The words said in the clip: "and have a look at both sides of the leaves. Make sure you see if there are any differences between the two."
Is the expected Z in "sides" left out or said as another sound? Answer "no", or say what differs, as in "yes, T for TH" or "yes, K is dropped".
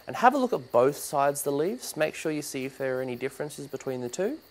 no